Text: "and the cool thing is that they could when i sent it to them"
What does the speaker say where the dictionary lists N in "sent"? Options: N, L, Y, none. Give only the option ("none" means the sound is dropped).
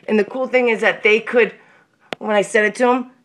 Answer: none